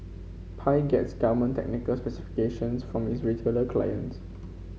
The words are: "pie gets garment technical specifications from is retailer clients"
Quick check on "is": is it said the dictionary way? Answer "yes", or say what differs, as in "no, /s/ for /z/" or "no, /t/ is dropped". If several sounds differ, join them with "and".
no, /s/ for /z/